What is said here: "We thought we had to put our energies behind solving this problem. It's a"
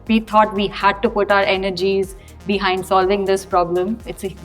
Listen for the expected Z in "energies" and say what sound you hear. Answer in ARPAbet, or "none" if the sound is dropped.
Z